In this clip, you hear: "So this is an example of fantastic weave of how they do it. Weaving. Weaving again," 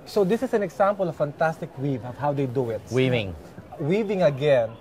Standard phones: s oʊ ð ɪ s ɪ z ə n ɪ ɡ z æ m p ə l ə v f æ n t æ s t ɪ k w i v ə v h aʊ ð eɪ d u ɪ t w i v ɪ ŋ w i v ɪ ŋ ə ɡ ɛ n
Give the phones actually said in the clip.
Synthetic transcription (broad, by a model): s oʊ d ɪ s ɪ s ə n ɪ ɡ s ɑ m p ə l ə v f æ n t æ s t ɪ k w i v ə v h aʊ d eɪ d u ɪ t w i v ɪ ŋ w i v ɪ ŋ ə ɡ ɛ n